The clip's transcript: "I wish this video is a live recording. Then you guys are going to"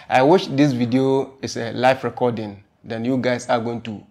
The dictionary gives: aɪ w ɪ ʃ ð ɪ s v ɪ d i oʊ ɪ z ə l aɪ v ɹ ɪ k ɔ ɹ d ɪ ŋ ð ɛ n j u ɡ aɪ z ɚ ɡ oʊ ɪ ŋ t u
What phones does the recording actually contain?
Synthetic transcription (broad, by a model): aɪ w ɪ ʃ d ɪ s v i d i oʊ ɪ s ə l aɪ f ɹ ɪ k ɔ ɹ d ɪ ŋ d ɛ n j u ɡ aɪ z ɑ ɡ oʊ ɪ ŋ t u